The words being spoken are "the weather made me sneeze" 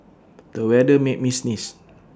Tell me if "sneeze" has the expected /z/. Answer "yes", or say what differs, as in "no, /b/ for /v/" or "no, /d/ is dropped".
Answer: no, /s/ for /z/